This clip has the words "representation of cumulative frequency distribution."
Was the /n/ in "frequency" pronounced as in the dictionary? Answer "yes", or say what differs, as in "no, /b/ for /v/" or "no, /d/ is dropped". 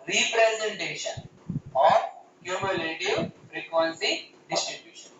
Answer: no, /l/ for /n/